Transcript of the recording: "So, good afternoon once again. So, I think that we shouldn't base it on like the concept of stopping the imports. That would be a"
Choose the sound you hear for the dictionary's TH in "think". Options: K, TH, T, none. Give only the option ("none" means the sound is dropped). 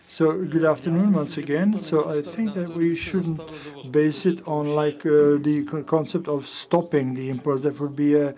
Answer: TH